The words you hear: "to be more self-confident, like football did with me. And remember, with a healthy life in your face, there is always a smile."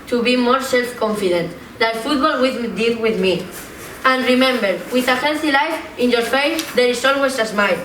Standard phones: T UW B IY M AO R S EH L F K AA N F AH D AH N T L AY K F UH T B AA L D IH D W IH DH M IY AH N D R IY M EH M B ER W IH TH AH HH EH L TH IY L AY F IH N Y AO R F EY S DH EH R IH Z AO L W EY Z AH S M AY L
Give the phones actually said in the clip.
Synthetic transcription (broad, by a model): T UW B IY M AO R S EH L F K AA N F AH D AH N T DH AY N F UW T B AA L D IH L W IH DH M IY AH N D R IY M EH M B ER W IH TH AH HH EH N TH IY L AY F IH N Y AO R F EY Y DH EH R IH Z AO L W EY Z AH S M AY